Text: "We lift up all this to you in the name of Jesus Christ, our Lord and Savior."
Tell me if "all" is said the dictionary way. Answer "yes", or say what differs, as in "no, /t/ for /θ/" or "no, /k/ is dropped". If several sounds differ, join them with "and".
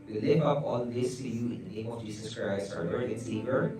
no, /n/ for /l/